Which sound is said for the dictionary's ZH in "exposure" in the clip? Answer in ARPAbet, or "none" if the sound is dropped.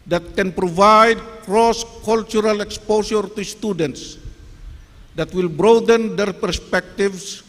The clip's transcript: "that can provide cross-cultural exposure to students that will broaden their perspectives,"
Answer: S